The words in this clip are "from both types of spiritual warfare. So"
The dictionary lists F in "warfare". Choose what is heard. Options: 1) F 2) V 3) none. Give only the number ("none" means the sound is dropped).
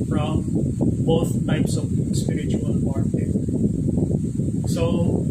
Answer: 3